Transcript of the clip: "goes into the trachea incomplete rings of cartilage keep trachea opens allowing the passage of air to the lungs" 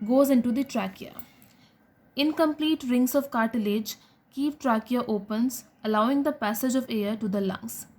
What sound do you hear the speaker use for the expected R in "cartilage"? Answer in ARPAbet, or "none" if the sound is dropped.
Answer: R